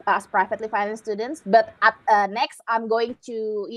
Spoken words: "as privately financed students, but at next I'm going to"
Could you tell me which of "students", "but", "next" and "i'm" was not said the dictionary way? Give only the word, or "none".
none